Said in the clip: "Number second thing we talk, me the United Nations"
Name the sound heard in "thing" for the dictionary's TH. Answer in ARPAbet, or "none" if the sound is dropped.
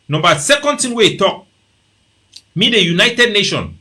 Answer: T